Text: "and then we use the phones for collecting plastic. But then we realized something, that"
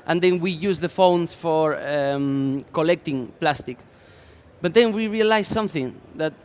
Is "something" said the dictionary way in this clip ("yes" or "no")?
yes